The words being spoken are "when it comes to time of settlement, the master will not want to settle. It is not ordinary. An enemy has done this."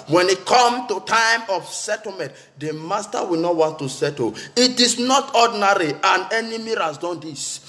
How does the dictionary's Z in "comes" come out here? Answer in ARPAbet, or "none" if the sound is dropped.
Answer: none